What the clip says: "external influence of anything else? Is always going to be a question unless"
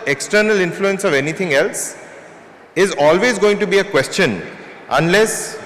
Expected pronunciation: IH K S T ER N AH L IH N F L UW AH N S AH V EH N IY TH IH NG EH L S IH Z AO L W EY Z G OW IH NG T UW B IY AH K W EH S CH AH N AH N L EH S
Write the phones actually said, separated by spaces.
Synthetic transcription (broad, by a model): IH K S T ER N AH L IH N F L UW AH N S AH V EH N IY T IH NG EH L S IH Z AO L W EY Z G OW IH NG T UW B IY AH K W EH S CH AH N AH N L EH S